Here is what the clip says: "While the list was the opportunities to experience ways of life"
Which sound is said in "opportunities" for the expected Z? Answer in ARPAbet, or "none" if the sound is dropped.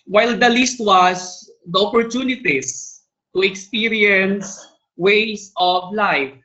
S